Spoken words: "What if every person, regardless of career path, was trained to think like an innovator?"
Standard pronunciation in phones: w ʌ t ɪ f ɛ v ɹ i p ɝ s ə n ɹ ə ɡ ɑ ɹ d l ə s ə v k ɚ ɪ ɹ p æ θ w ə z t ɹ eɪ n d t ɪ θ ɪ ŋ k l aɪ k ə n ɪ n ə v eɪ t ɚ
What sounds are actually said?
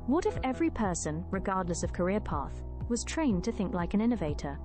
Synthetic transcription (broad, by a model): w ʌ t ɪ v ɛ v ɹ i p ɝ s ə n ɹ ə ɡ ɑ ɹ d l ə s ə v k ɚ ɪ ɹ p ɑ θ w ə z t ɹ eɪ n t ɪ θ ɪ ŋ k l aɪ k ə n ɪ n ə v eɪ t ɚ